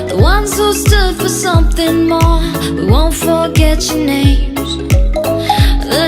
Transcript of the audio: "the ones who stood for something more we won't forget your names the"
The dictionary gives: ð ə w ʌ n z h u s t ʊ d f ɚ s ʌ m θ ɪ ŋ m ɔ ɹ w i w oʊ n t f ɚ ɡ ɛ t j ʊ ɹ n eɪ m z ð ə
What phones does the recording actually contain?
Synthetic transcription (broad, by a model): ð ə w ʌ n z h u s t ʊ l f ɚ s ʌ m θ ɪ ŋ m ɔ ɹ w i w oʊ n t f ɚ ɡ ɛ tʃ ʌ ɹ n eɪ m z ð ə